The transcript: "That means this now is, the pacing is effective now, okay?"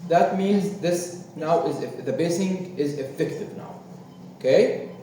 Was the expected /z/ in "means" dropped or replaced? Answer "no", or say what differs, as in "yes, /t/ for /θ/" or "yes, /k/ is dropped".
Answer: no